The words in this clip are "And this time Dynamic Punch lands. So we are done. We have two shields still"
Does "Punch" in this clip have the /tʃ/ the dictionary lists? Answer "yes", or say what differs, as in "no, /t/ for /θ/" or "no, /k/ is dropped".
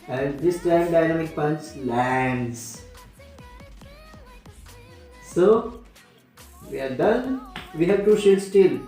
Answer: no, /s/ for /tʃ/